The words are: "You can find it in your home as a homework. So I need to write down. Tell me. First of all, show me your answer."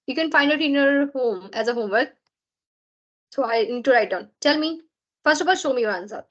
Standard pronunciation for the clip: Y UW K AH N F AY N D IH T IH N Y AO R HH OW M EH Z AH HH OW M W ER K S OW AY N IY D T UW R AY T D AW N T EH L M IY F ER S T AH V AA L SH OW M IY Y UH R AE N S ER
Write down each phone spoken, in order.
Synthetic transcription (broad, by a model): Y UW K AH N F AY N D IH T IH N Y AO R HH OW M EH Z AH HH OW M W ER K S OW AY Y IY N T UW R AY T D AW N T EH L M IY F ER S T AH P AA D SH OW M IY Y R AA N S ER